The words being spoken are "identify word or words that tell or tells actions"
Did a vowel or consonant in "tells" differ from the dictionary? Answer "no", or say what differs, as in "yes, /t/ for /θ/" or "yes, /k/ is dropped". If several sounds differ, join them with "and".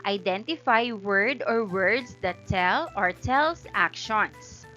yes, /s/ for /z/